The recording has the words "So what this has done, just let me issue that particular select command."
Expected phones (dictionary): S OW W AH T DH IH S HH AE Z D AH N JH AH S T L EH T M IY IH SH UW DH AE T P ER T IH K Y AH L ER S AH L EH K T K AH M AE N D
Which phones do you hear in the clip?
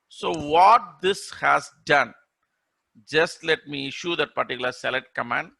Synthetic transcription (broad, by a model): S OW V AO T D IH S HH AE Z D AH N JH AH S T L EH T M IY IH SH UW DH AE T P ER T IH K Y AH L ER S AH L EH T K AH M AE N D